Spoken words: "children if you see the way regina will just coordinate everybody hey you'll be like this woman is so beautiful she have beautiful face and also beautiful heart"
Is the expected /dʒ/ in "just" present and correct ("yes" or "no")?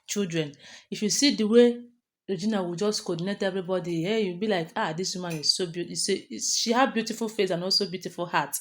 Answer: yes